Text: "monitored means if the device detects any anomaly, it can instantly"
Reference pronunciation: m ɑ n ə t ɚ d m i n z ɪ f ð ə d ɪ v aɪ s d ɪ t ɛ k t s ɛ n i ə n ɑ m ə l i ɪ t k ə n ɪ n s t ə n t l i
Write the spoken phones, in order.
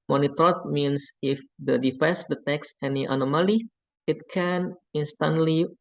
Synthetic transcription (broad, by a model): m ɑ n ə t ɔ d m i n s ɪ f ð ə d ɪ f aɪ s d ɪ t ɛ k s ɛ n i ə n ɑ m ə l i ɪ t k ə n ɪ n s t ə n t l i